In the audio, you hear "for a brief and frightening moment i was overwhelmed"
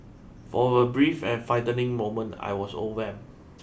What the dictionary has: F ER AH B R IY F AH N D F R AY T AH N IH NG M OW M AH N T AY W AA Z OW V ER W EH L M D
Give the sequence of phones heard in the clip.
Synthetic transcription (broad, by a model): F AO AH B R IY F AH N F AY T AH N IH NG M OW M AH N T AY W AA S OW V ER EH M